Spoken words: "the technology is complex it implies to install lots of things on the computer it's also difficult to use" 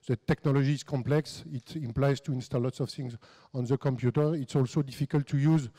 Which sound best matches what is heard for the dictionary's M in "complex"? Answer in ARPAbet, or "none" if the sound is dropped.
M